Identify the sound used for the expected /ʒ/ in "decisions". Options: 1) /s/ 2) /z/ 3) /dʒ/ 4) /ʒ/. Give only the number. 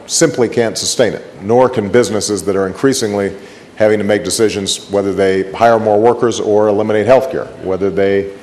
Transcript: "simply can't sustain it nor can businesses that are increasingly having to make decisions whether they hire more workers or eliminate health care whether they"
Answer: 4